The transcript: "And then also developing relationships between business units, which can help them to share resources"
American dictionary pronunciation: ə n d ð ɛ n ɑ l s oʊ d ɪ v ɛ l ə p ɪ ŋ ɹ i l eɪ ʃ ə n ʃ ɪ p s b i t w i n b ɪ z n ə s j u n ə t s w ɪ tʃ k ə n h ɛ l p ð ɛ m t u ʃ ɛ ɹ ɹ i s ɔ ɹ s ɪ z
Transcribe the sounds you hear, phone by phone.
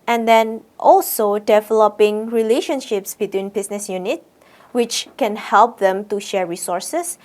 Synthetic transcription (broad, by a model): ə n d ɛ n ɑ l s oʊ d ɪ v ɛ l ə p ɪ ŋ ɹ i l eɪ ʃ ə n ʃ ɪ p s b i t w i n b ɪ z n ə s j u n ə t w ɪ tʃ k ə n h ɛ l p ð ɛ m t u ʃ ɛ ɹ ɹ i s ɔ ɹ s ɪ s